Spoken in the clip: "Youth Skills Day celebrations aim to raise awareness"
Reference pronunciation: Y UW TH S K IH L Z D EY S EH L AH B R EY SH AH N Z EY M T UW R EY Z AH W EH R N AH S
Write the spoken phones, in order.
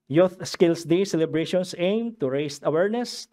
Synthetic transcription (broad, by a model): Y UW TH S K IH L S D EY S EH L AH B R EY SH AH N S EY M T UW R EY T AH W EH R N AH S